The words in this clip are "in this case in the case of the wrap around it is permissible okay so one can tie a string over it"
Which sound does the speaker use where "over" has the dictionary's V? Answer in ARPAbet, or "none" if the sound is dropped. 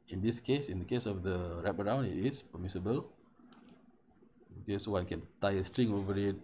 V